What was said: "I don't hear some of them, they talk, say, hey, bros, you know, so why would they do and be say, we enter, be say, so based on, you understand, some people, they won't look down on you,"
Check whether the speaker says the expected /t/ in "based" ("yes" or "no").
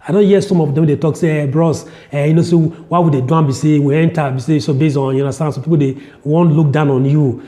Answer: no